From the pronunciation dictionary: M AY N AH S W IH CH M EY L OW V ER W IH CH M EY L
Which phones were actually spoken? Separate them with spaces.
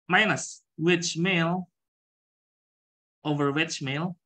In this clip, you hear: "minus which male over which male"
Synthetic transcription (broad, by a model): M AY N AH S W IH CH M EY L OW V ER W IH CH M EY L